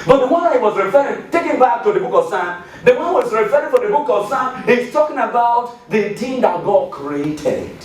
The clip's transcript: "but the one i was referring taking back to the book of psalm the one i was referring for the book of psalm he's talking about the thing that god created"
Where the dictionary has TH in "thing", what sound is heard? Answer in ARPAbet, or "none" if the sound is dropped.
T